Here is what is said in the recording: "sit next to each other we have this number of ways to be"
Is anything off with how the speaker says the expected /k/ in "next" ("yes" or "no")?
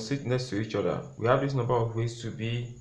yes